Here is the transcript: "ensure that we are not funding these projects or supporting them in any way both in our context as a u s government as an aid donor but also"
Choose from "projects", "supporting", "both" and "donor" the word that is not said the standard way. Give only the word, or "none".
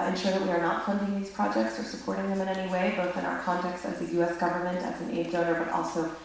none